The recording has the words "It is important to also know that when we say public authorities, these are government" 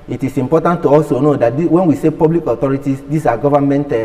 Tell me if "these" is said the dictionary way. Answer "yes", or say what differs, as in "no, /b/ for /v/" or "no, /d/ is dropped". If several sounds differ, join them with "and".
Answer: no, /s/ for /z/